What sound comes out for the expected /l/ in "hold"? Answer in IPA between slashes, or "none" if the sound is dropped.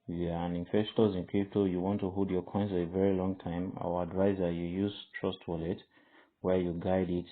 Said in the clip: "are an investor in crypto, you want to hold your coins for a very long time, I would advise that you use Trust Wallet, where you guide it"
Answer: none